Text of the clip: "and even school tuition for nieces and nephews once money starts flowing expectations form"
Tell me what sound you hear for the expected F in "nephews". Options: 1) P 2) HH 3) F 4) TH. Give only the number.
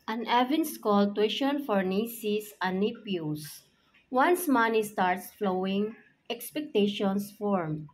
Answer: 1